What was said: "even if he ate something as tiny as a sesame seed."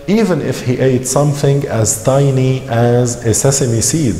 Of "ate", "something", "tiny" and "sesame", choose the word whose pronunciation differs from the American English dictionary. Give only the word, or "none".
none